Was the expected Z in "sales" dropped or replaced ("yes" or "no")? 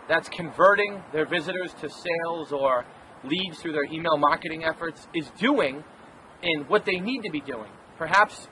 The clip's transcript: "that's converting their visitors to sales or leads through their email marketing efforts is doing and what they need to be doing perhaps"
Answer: no